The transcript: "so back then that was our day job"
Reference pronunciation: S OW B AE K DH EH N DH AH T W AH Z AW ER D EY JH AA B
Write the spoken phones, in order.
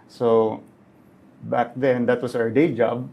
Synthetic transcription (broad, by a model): S OW B AE K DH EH N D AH T W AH S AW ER D EY JH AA B